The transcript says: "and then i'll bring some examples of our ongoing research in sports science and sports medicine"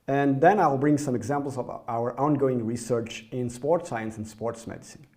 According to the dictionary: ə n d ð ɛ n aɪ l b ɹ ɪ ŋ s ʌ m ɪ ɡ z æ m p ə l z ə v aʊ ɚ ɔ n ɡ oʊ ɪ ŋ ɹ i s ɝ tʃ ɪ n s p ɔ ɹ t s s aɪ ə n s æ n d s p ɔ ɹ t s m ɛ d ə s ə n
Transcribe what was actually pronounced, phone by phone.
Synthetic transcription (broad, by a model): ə n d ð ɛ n aɪ l b ɹ ɪ ŋ s ʌ m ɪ ɡ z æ m p l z ə v aʊ ɚ ɔ n ɡ oʊ ɪ ŋ ɹ i s ɝ tʃ ɪ n s p ɔ ɹ t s s aɪ ə n s n s p ɔ ɹ t s m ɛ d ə s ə n